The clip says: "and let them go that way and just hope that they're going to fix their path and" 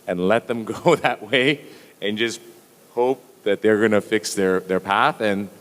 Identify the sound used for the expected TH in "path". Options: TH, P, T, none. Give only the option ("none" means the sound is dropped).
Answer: TH